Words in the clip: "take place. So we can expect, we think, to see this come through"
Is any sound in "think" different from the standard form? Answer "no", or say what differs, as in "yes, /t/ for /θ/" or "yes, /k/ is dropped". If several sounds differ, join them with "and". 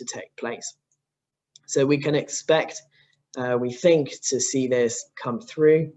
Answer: no